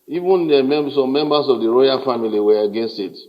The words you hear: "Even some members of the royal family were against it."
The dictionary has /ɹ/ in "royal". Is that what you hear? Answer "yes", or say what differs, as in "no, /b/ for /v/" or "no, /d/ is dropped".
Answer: yes